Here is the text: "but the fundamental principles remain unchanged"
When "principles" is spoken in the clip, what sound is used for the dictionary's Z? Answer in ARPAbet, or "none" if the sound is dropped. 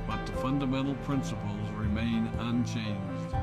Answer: Z